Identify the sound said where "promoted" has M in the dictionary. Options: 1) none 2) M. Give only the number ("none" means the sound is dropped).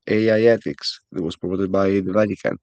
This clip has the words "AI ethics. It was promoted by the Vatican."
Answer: 1